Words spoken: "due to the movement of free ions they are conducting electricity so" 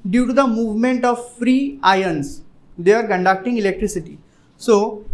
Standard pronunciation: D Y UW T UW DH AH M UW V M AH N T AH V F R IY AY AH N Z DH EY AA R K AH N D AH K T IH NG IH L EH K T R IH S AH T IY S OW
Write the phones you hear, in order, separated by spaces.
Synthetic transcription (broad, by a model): D Y UW T UW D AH M UW V M AH N T AH V F R IY AY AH N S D EY AA R K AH N D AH K T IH NG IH L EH K T R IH S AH T IY S OW